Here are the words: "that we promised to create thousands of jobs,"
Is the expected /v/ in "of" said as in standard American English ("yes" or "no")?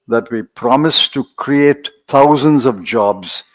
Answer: yes